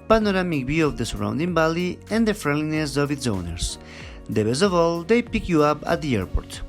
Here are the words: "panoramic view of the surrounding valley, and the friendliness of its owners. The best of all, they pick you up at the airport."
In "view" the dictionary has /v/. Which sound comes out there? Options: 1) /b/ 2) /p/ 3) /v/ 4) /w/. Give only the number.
1